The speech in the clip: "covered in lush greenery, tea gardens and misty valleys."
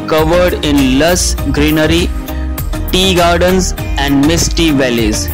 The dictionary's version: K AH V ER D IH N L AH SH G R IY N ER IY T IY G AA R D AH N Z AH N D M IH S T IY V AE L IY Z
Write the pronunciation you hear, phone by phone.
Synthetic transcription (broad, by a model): K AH V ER D IH N L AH S G R IY N ER IY T IY G AA R D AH N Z AH N D M IH S T IY V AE L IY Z